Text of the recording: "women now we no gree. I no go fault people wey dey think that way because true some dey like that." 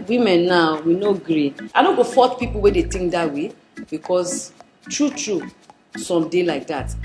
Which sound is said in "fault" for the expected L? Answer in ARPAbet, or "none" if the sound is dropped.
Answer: none